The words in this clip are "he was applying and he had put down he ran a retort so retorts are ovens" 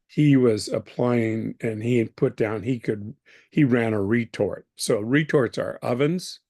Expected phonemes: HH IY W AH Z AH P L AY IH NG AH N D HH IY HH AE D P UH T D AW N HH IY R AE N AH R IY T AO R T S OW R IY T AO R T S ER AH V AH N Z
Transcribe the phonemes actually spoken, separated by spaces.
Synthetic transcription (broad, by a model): HH IY W AH Z AH P L AY IH NG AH N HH IY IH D P UH T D AW N HH IY R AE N AH R IY T AO R T S OW R IY T AO R T S ER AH V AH N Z